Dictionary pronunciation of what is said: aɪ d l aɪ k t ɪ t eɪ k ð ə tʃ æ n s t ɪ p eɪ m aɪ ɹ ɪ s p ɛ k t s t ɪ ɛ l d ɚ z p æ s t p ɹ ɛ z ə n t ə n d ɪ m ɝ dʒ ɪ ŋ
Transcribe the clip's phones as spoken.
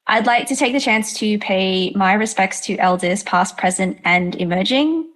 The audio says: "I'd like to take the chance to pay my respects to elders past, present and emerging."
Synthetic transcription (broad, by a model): aɪ d l aɪ k t ɪ t eɪ k ð ə tʃ æ n s t ɪ p eɪ m aɪ ɹ ɪ s p ɛ k t s t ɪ ɛ l d ɚ z p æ s p ɹ ɛ z ə n t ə n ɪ m ɝ dʒ ɪ ŋ